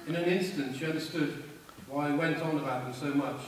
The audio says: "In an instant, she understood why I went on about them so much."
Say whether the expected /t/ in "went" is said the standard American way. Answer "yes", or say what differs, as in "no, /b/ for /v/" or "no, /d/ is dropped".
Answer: yes